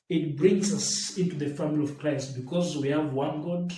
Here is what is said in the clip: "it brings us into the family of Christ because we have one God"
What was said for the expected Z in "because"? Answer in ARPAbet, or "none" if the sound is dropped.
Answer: Z